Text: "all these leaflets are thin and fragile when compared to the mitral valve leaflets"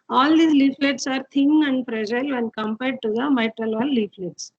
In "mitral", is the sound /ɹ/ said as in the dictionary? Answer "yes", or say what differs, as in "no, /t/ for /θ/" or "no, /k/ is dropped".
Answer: yes